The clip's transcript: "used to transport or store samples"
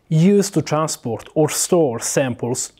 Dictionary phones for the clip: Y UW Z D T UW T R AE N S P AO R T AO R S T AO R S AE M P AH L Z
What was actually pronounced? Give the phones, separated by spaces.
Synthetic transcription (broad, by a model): Y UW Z T UW T R AE N S P AO R T AO R S T AO R S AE M P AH L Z